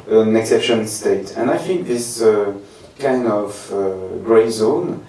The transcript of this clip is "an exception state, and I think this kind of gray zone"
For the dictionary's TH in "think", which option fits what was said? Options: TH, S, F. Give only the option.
F